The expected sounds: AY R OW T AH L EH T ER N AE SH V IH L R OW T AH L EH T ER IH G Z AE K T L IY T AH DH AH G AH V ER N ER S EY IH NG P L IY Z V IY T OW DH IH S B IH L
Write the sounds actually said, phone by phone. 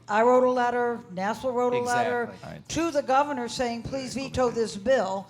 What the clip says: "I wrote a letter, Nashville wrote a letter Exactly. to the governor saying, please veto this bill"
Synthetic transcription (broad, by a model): AY R OW T AH L EH T ER N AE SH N L R OW T AH L EH T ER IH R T T AH DH AH G AH V ER N ER S EY IH NG P L IY Z V IY T OW DH IH S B IH L